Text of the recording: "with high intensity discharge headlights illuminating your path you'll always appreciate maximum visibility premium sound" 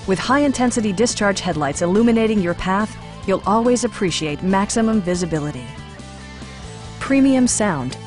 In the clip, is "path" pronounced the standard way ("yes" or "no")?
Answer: yes